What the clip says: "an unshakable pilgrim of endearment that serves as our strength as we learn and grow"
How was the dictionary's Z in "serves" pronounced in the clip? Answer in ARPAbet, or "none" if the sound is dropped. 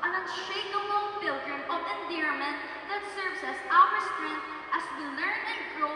S